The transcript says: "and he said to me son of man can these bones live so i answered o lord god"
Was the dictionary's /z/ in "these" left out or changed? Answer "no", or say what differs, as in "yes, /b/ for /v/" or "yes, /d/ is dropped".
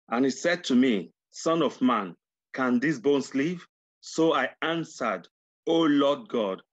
yes, /s/ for /z/